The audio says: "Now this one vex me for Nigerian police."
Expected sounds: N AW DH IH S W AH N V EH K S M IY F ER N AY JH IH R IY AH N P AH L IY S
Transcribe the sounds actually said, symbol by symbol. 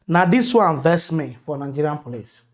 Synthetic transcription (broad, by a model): N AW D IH S W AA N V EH S M IY F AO N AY JH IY R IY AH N P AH L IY S